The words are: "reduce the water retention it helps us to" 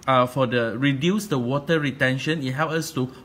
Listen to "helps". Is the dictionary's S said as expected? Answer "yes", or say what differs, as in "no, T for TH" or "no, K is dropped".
no, S is dropped